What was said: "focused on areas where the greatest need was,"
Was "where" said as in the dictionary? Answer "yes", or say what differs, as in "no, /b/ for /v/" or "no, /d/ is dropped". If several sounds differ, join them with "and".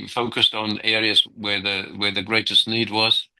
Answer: no, /w/ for /ɹ/